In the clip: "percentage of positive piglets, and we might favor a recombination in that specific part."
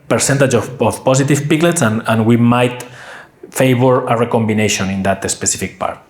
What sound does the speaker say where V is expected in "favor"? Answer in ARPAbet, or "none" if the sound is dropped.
B